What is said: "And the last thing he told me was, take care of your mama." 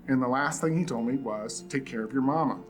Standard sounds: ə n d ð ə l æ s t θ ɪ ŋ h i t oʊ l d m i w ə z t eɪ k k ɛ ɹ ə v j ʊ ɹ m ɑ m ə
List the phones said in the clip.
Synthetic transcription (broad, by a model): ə n ð ə l æ s t θ ɪ ŋ h i t oʊ l d m i w ə z t eɪ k k ɛ ɹ ə v j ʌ ɹ m ɑ m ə